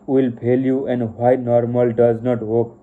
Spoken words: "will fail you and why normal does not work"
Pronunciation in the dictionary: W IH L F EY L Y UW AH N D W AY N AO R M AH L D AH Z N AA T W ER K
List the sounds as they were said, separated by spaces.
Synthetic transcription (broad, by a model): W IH L P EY L Y UW AH N D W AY N AO R M AH L D AH Z N AA T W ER K